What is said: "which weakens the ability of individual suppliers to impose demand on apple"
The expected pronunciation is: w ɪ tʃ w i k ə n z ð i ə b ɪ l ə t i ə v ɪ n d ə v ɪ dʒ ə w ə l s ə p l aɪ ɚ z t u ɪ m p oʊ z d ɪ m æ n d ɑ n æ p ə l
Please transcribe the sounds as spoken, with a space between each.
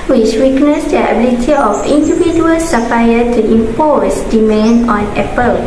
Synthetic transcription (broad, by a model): w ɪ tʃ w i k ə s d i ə b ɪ l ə t i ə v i n d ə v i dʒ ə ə l s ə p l aɪ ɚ t u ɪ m p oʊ s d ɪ m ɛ n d ɑ n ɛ p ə l